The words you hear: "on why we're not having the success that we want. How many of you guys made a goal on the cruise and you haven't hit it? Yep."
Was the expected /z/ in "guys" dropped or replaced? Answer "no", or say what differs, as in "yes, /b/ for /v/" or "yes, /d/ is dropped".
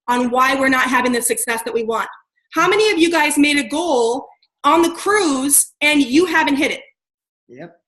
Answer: no